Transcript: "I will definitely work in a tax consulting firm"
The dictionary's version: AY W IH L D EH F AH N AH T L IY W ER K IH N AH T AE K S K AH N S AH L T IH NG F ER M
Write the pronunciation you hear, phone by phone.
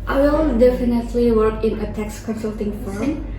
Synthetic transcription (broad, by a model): AY W IH L D EH F AH N AH T L IY W ER K IH N AH T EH K S K AH N S AH L T IH NG F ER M